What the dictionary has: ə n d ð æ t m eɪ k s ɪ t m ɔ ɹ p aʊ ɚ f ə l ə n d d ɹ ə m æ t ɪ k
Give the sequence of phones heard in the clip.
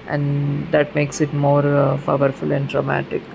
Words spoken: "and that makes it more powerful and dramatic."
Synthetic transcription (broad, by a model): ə n d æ t m eɪ k s ɪ t m ɔ ɹ f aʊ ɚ f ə l ə n d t ɹ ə m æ t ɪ k